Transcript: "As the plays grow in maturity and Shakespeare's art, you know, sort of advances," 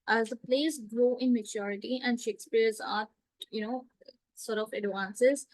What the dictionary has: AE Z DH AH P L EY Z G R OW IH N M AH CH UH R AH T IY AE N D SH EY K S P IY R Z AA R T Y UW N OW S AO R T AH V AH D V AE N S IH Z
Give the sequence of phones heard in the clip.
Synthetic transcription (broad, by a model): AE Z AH P L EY S G R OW IH N M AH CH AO R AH T IY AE N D SH EY K S P IY R Z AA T Y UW N OW S AO R T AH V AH D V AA N S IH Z